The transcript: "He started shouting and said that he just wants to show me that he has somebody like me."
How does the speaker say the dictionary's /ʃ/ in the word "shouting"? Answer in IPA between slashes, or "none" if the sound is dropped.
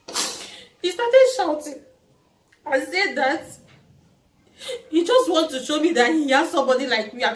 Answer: /ʃ/